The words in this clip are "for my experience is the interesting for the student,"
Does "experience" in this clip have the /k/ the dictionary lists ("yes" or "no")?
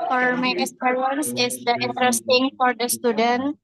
no